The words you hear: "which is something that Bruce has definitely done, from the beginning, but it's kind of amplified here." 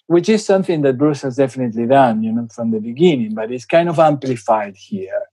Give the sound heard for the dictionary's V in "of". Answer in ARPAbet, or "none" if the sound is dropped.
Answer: V